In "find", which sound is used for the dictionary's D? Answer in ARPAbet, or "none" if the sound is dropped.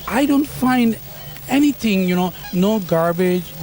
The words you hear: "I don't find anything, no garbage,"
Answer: D